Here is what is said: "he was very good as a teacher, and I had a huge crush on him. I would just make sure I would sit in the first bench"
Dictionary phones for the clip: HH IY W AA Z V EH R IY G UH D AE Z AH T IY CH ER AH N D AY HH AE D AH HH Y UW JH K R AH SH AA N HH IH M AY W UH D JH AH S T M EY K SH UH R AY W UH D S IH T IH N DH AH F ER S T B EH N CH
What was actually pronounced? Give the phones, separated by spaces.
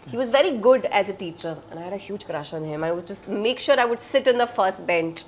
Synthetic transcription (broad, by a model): HH IY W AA Z V EH R IY G UH D AE Z AH T IY CH ER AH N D AY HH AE D AH HH Y UW JH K R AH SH AA N HH IH M AY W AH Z JH AH S T M EY K SH UH R AY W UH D S IH T IH N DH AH F ER S T B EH N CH